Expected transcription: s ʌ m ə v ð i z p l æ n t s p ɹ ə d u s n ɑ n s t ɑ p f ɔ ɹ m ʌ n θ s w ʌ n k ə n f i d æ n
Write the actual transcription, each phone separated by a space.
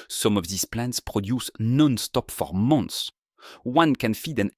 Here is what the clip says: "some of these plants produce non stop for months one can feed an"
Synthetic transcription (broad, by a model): s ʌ m ə v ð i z p l æ n t s p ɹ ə d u s n ɑ n s t ɑ p f ɔ ɹ m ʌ n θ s w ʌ n k ə n f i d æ n